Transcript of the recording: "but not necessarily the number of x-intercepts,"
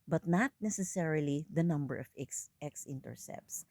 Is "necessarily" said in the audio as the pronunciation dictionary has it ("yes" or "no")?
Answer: yes